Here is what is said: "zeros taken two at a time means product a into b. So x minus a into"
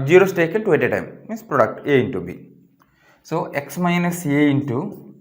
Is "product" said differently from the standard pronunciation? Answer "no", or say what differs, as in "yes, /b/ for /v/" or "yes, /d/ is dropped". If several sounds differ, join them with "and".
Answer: no